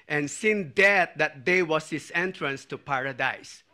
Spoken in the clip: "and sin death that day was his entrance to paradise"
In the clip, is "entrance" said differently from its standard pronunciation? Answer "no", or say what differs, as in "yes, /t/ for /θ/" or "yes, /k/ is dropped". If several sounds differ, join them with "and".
no